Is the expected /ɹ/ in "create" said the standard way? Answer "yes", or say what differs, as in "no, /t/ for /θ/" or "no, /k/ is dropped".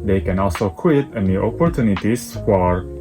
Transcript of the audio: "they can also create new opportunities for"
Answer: no, /w/ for /ɹ/